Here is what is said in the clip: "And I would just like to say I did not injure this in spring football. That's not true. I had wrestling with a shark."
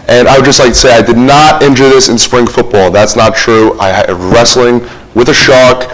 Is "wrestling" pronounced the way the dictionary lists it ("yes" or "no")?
yes